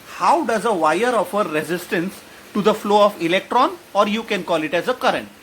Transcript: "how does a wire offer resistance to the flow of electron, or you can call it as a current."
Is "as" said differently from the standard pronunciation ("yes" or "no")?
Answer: no